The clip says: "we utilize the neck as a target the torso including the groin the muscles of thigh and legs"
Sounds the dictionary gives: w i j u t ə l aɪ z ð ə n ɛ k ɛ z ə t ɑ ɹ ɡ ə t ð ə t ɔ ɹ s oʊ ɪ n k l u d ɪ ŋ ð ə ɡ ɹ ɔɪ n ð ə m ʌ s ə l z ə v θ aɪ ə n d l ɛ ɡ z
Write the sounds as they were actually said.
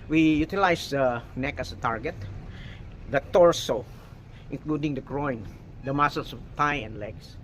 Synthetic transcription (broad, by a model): w i j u t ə l aɪ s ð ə n ɛ k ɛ s ə t ɑ ɹ ɡ ə t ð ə t ɔ ɹ s oʊ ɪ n k l u d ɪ ŋ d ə ɡ ɹ ɔɪ n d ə m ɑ s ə l s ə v t aɪ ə n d l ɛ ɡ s